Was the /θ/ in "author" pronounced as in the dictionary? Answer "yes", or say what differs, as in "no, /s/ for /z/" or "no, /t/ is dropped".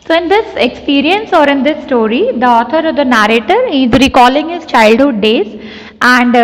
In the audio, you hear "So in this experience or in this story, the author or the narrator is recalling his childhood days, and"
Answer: no, /t/ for /θ/